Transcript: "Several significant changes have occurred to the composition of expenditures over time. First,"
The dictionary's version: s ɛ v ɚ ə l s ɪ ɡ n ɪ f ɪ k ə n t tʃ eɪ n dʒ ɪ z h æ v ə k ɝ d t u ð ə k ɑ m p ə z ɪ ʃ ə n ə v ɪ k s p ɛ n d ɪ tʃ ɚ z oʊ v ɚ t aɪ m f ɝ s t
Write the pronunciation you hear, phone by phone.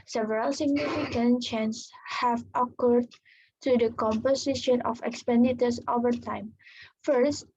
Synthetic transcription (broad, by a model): s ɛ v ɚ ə l s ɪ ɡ n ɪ f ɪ k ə n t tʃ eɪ n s h æ v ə k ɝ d t u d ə k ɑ m p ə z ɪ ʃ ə n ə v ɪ k s p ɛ n d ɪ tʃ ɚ s oʊ v ɚ t aɪ m f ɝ s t